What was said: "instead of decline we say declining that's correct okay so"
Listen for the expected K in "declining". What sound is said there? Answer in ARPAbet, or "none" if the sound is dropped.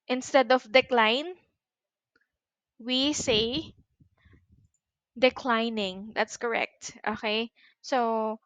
K